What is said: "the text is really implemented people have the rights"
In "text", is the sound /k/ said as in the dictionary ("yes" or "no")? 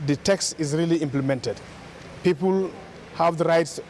yes